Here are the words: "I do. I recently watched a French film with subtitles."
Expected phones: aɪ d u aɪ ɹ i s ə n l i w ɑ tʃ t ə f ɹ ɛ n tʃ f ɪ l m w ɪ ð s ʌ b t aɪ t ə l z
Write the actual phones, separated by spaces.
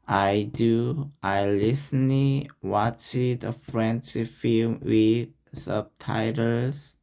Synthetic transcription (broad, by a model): aɪ d u aɪ l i s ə n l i w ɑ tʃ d ə f ɹ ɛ n s f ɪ l m w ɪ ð s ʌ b t aɪ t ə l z